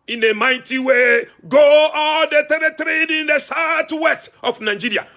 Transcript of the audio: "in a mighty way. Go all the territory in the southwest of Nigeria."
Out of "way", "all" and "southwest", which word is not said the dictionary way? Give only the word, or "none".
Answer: southwest